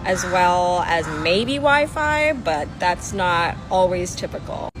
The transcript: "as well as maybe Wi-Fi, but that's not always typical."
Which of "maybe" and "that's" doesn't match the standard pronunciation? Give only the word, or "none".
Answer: maybe